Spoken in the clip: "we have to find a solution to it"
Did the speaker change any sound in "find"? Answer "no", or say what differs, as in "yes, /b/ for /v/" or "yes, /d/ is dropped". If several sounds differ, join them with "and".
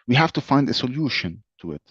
no